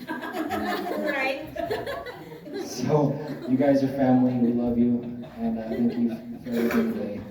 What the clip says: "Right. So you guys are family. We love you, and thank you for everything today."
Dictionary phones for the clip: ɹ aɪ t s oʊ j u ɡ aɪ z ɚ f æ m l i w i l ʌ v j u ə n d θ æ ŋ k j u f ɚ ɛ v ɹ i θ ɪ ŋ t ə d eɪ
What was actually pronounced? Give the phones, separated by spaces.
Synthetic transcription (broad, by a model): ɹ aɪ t s oʊ j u ɡ aɪ z ɚ f æ m l i w i l ʌ v j u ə n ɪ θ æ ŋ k j u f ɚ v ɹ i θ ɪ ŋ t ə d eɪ